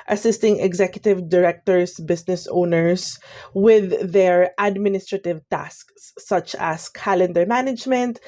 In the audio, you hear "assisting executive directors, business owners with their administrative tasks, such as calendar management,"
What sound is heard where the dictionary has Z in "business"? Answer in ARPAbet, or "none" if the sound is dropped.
S